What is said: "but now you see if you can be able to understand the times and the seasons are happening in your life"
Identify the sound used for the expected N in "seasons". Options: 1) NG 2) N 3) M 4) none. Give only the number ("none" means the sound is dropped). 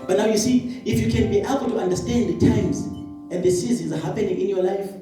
4